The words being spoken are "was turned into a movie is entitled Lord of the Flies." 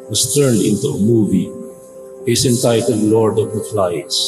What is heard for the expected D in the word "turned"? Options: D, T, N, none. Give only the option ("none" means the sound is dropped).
D